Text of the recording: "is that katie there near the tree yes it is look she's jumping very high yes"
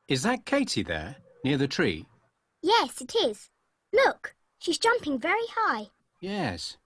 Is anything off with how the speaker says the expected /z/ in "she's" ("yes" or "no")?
no